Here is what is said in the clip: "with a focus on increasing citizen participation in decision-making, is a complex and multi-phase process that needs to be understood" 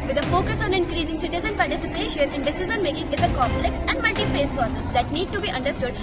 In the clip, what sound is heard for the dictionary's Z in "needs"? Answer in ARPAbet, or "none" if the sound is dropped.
none